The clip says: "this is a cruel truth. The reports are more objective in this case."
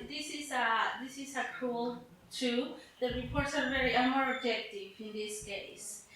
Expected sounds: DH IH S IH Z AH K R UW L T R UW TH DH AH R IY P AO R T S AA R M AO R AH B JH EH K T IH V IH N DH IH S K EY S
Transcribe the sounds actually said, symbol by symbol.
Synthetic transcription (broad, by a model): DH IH S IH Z AH K R UW L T UW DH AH R IY P AO R T S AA R M AO R AH B JH EH K T IH V IH N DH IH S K EY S